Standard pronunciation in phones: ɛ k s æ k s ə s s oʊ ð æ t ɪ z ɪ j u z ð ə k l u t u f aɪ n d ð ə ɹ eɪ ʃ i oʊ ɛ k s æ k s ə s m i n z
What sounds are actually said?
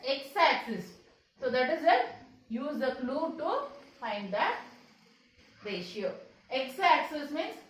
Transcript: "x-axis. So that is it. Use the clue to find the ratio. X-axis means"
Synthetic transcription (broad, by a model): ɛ k s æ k s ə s s oʊ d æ t ɪ z ɪ j u z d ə k l u t u f aɪ n d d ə ɹ eɪ ʃ i oʊ ɛ k s æ k s ə s m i n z